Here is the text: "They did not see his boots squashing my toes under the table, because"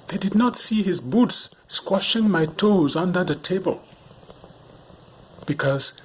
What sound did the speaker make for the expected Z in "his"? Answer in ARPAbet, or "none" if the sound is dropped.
Z